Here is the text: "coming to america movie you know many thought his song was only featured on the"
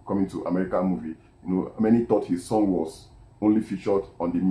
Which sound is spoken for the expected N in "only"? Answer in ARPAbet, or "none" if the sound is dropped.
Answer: N